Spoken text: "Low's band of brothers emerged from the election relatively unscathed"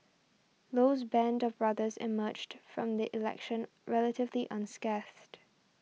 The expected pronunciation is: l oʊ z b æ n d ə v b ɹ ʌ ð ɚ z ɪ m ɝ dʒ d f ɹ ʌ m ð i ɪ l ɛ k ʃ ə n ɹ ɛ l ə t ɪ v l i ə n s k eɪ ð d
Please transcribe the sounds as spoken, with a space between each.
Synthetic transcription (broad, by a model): l oʊ z b æ n d ə v b ɹ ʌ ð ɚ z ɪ m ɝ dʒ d f ɹ ʌ m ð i ɪ l ɛ k ʃ ə n ɹ ɛ l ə t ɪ v l i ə n s k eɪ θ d